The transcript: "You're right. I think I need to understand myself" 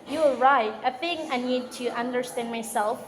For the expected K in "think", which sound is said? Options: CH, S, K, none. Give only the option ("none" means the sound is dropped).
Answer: none